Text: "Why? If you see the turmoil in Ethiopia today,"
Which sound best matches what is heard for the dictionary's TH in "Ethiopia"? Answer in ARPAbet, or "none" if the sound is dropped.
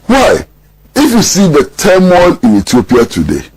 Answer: T